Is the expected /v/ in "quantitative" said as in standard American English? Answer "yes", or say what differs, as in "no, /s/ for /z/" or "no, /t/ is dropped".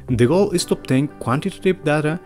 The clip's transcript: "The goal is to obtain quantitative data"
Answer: no, /p/ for /v/